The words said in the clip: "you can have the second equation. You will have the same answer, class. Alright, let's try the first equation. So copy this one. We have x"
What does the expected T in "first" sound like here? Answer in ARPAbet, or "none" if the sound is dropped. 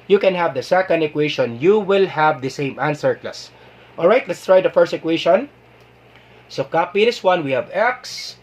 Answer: T